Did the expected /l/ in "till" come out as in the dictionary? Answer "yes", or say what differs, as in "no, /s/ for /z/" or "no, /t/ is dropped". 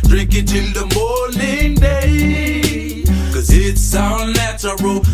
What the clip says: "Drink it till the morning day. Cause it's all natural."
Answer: no, /n/ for /l/